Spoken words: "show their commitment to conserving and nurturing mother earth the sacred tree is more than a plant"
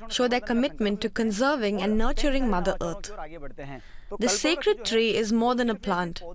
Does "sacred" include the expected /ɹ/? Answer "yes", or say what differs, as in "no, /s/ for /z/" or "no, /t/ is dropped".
yes